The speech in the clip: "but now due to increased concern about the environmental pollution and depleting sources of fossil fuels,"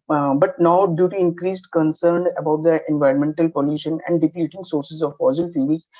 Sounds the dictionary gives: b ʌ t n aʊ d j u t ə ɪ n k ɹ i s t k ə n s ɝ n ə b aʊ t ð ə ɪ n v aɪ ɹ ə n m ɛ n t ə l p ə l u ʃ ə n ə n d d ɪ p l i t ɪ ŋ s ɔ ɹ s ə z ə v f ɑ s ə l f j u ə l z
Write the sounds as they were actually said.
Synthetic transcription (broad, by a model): b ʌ t n aʊ d j u t ə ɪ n k ɹ i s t k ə n s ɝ n ə b aʊ t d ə ɪ n v aɪ ɹ ə n m ɛ n t ə l p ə l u ʃ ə n ə n d d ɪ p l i t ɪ ŋ s ɔ ɹ s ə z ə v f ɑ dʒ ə l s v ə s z